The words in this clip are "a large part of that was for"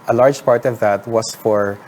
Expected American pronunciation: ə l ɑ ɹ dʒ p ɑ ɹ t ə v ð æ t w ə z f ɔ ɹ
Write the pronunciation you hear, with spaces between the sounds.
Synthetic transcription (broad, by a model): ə l ɑ ɹ dʒ p ɑ ɹ t ə v ð æ t w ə s f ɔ ɹ